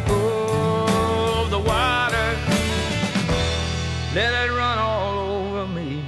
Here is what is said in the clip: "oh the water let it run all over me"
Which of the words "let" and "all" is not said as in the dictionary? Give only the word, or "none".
none